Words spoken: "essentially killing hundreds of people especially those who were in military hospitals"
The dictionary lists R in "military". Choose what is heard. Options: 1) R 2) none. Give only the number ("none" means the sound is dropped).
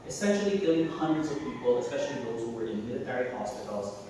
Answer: 1